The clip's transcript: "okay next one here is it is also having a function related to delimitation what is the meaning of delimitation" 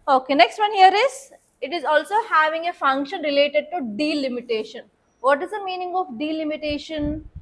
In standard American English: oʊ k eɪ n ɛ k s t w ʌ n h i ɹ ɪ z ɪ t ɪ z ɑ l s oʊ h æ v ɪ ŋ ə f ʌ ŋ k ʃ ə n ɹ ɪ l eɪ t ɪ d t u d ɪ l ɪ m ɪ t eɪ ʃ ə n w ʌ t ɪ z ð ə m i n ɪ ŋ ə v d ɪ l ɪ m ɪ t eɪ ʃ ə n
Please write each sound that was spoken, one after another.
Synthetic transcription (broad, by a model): oʊ k eɪ n ɛ k s t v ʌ n h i ɹ ɪ z ɪ t ɪ z ɑ l s oʊ h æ v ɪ ŋ ə f ʌ ŋ k ʃ ə n ɹ ɪ l eɪ t ɪ d t u d ɪ l ɪ m ɪ t eɪ ʃ ə n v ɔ t ɪ z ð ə m i n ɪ ŋ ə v d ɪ l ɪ m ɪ t eɪ ʃ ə n